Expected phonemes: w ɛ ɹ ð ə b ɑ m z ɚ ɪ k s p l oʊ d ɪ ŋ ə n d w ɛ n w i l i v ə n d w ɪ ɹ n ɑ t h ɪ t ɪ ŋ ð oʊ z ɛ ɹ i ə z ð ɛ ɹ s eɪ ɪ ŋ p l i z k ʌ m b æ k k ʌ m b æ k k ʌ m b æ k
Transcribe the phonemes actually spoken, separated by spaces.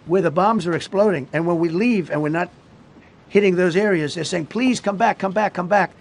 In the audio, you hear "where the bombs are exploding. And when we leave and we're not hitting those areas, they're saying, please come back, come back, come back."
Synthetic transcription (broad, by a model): w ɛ ɹ ð ə b ɑ m z ɚ ɪ k s p l oʊ d ɪ ŋ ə n w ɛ n w i l i v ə n w ɪ ɹ n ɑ t h ɪ t ɪ ŋ ð oʊ z ɛ ɹ i ə z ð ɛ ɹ s eɪ ɪ ŋ p l i z k ʌ m b æ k k ʌ m b æ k k ʌ m b æ k